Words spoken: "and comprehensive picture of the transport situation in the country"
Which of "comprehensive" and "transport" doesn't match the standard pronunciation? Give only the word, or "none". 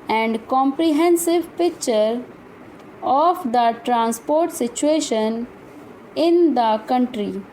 none